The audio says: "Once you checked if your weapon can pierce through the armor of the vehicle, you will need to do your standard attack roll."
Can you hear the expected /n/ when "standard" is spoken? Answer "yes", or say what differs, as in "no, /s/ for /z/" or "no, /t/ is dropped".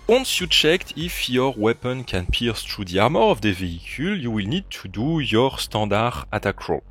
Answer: no, /n/ is dropped